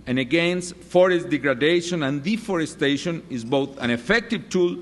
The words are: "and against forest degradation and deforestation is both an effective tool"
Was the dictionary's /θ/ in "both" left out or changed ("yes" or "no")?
no